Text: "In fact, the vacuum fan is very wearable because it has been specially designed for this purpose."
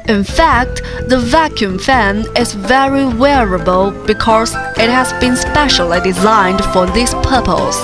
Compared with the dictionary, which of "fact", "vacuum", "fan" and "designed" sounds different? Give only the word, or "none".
none